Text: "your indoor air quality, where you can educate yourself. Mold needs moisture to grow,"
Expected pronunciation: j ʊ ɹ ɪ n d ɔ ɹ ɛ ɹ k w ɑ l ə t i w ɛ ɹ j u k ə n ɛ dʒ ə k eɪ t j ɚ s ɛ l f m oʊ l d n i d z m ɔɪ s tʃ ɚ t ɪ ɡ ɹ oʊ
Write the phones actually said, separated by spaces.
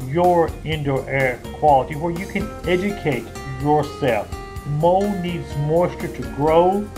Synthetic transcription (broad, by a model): j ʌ ɹ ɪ n d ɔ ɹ ɛ ɹ k w ɑ l ə t i w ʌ ɹ j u k ə n ɛ dʒ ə k eɪ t j ɚ s ɛ l f m oʊ n i d z m ɔɪ s tʃ ɚ t ɪ ɡ ɹ oʊ